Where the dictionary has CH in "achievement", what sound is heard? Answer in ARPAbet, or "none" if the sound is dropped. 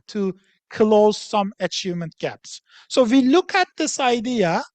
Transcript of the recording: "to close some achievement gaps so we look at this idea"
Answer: CH